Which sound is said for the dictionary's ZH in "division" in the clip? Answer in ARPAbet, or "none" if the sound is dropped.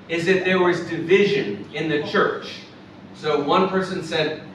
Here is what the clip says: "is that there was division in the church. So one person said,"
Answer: ZH